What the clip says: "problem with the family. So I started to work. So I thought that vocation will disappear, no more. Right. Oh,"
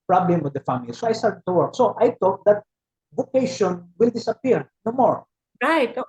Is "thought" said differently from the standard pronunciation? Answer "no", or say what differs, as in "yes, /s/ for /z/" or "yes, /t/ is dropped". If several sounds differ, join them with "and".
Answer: yes, /t/ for /θ/